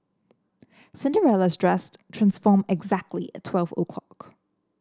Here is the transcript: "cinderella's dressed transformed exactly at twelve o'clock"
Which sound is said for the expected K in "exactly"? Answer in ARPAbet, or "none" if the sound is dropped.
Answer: K